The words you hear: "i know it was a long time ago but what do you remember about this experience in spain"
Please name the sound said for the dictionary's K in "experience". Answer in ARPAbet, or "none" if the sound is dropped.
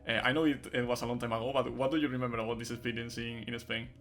none